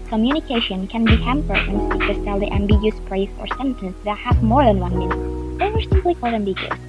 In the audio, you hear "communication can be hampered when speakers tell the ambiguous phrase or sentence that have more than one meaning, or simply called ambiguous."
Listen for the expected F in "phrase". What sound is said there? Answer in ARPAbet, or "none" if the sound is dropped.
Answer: P